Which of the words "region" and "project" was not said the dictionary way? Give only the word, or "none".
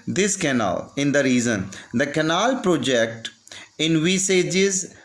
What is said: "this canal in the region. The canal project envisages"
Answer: region